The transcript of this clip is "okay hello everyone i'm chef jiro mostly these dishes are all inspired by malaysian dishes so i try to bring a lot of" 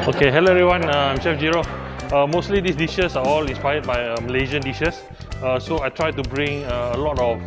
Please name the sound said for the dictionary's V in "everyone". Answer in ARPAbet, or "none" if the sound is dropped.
none